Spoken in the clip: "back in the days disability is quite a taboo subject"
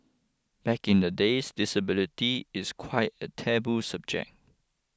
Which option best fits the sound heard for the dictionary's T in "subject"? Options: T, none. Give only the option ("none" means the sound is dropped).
none